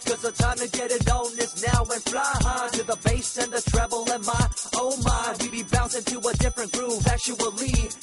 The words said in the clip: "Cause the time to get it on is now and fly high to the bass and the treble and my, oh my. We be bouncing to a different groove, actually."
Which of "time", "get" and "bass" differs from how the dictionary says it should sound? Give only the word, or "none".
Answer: none